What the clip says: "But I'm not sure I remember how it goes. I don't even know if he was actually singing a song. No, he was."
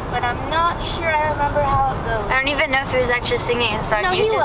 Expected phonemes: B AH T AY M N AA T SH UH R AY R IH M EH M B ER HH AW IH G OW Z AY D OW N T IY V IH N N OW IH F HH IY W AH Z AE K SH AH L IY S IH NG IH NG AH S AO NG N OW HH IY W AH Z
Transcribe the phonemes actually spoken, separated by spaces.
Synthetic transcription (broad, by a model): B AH T AY M N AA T SH UH R AY R IH M EH M B ER HH AW IH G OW AY D OW N T IY V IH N N OW IH F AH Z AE K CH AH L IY S IH NG IH NG AH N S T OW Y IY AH